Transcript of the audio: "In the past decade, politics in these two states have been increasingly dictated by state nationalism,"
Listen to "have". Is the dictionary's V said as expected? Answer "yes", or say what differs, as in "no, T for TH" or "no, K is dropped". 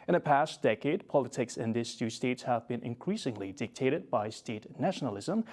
yes